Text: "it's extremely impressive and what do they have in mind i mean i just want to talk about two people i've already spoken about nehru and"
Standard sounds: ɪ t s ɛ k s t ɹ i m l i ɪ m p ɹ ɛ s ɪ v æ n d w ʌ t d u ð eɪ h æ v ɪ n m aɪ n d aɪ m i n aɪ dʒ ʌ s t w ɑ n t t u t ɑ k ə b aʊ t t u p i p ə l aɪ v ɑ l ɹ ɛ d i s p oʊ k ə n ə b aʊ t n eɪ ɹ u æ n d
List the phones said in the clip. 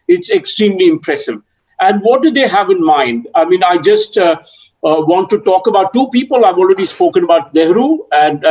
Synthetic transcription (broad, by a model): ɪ t s ɛ k s t ɹ i m l i ɪ m p ɹ ɛ s ɪ v æ n d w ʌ t d u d eɪ h æ v ɪ n m aɪ n d aɪ m i n aɪ dʒ ʌ s t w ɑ n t t u t ɑ k ə b aʊ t t u p i p ə l aɪ v ɑ l ɹ ɛ d i s p oʊ k ə n ə b aʊ t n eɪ ɹ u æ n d